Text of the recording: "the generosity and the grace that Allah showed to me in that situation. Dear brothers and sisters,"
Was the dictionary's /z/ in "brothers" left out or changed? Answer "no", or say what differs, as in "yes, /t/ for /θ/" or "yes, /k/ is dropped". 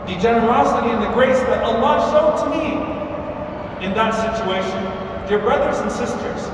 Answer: no